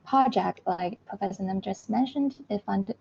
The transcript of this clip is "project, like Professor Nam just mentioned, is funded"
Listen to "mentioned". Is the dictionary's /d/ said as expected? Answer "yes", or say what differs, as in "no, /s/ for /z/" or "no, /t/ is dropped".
yes